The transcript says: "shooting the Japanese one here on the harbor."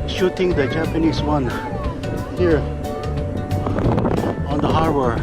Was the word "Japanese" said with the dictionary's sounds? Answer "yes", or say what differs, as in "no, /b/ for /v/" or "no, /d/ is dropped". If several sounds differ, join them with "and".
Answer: no, /s/ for /z/